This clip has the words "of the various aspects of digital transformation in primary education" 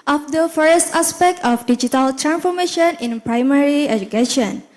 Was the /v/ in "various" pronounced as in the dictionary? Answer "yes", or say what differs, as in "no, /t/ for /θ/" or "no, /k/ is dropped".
no, /f/ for /v/